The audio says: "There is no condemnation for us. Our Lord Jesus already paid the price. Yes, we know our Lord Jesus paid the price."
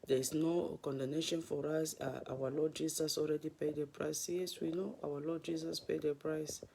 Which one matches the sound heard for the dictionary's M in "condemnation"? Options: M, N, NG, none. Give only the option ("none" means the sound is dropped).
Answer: none